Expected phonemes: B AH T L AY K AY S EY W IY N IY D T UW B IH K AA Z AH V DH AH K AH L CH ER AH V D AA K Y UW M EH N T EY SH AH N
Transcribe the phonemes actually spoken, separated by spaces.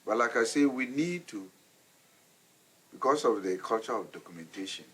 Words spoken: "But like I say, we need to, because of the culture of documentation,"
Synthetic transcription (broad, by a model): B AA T L AY K AY S EY W IY N IY D T UW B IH K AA S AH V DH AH K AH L CH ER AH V D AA K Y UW M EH N T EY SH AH N